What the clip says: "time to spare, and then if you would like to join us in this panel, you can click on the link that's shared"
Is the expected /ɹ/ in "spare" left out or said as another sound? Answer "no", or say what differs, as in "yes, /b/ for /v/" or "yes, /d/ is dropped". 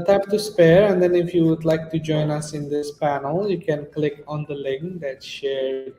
no